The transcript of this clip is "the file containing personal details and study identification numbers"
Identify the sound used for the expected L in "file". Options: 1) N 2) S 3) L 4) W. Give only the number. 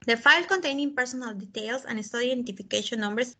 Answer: 3